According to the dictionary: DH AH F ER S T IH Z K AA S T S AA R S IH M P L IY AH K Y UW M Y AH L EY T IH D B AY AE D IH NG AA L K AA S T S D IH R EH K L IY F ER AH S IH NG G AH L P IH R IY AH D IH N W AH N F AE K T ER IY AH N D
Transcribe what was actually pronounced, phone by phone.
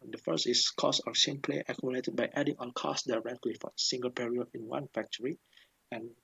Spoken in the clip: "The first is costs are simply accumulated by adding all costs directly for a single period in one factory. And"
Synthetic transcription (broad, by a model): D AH F ER S T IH S K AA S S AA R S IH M P L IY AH K Y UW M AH L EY T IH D B AY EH D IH NG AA N K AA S S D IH R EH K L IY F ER AH S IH NG G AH L P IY R IY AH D IH N W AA N F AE K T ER IY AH N